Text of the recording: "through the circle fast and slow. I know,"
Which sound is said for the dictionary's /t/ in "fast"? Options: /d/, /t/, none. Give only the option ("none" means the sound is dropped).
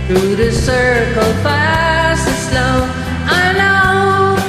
none